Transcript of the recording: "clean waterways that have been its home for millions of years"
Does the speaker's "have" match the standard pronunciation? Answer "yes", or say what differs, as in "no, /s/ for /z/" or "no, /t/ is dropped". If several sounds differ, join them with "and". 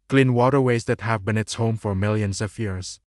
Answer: yes